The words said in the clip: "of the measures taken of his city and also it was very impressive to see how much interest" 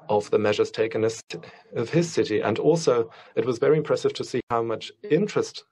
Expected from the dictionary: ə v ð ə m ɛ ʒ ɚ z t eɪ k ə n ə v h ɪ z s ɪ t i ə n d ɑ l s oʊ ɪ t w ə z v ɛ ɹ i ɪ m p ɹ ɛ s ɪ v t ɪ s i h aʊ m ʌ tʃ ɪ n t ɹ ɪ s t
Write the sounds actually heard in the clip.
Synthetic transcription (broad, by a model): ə v ð ə m ɛ ʒ ɚ z t eɪ k ə n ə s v ɪ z s ɪ t i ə n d ɑ l s oʊ ɪ t w ə z v ɛ ɹ i ɪ m p ɹ ɛ s ɪ v t ɪ s i h aʊ m ʌ tʃ ɪ n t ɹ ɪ s t